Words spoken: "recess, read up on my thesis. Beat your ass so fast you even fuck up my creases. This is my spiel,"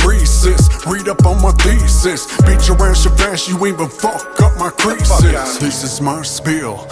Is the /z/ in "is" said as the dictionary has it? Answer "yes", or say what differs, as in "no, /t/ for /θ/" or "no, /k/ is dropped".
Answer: yes